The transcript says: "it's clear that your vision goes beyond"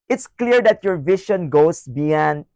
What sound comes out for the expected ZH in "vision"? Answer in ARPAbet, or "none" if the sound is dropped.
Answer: SH